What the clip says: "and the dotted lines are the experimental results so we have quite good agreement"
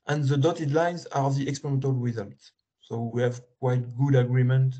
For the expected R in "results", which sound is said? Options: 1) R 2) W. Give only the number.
2